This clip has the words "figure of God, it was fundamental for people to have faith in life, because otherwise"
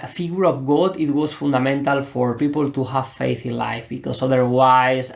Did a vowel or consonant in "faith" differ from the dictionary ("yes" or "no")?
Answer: no